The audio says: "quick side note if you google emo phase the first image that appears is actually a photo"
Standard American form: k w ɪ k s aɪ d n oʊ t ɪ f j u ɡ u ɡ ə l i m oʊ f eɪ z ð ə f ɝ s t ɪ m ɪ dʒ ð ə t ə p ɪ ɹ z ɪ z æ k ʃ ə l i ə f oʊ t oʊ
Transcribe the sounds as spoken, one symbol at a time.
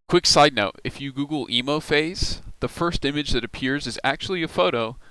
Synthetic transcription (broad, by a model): k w ɪ k s aɪ d n oʊ t ɪ f j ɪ ɡ u ɡ l i m oʊ f eɪ z ð ə f ɝ s t ɪ m ɪ dʒ ð ə t ə p ɪ ɹ z ɪ z æ k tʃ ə l i ə f oʊ t oʊ